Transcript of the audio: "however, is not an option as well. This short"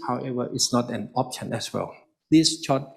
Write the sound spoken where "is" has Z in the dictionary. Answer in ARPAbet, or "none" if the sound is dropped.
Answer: S